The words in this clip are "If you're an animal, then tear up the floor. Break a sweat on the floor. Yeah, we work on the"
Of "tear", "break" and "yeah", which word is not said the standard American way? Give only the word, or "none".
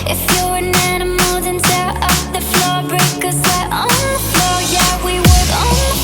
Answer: tear